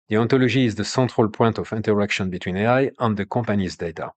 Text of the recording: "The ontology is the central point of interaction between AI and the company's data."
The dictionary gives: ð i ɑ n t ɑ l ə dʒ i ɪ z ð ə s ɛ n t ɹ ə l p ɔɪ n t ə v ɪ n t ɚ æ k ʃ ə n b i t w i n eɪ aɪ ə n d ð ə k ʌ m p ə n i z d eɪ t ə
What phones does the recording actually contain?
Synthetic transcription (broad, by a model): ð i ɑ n t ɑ l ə ʒ i z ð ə s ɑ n t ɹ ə l p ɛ n t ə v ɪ n t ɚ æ k ʃ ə n b i t w i n eɪ aɪ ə n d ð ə k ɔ p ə n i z d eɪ t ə